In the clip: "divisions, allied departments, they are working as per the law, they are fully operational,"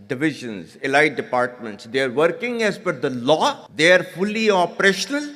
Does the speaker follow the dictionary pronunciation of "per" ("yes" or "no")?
no